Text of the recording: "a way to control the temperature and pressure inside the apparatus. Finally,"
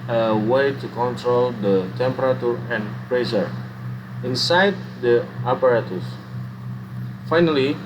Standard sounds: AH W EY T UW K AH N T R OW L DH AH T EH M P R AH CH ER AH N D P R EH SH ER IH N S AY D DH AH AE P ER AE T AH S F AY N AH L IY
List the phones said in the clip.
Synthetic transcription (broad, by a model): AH W EY T UW K AH N T R OW L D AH T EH M P R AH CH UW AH N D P R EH S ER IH N S AY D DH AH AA P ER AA T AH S F AY N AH L IY